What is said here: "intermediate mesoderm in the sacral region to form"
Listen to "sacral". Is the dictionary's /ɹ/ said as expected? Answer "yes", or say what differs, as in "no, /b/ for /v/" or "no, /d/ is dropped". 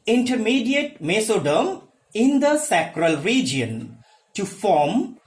yes